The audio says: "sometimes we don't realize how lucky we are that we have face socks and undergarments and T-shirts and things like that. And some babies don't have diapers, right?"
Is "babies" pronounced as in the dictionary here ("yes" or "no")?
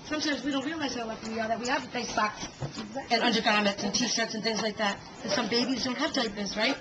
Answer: yes